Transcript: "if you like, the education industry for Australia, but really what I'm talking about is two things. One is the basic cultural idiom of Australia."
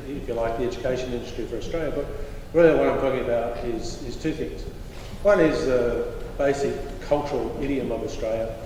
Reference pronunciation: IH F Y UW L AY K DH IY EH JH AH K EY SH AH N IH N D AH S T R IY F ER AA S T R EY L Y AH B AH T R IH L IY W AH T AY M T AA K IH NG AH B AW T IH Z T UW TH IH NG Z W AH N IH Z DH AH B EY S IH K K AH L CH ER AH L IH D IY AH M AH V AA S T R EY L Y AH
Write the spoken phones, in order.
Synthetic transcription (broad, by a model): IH F Y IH L AY K DH IY EH JH AH K EY SH AH N IH N D AH S T R IY F ER AA S T R EY L Y AH B AH T R IH L IY W AH T AY M T AA K IH NG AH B AW T IH Z T UW TH IH NG Z W AH N IH Z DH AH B EY S IH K K AH L CH ER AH L IH D IY AH M AH V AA S T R EY L Y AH